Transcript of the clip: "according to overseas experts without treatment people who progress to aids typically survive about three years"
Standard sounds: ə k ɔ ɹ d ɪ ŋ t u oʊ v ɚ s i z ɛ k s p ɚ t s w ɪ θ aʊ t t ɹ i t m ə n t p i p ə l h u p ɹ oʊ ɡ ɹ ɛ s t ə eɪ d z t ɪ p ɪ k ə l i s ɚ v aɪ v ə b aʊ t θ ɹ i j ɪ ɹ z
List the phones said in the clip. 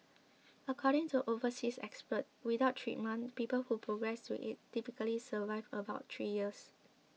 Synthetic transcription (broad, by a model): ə k ɔ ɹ d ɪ ŋ t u oʊ v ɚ s i s ɛ k s p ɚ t w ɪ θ aʊ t t ɹ i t m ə n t p i p ə l h u p ɹ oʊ ɡ ɹ ɛ s t ə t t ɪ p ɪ k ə l i s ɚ v aɪ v ə b aʊ t t ɹ i j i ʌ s